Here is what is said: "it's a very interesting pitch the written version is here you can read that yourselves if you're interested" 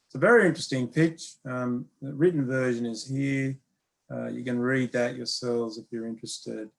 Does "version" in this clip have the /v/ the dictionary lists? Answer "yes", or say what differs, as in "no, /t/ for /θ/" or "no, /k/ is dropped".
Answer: yes